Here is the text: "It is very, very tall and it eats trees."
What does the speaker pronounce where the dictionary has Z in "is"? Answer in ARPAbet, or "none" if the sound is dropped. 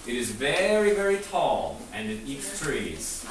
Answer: Z